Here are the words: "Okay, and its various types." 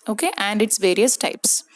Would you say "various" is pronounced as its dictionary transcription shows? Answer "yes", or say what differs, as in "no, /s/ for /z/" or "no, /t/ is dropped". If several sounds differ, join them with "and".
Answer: yes